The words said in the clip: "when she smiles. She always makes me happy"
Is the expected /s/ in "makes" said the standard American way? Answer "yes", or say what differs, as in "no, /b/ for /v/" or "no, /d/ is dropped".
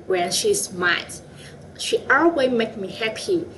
no, /s/ is dropped